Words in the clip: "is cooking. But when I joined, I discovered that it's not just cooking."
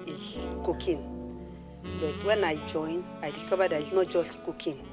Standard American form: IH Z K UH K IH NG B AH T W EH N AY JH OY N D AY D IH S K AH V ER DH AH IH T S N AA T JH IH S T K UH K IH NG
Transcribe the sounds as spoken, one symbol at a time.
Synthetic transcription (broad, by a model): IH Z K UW K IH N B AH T W EH N AY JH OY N AY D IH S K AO B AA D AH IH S N AA T JH IH S T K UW K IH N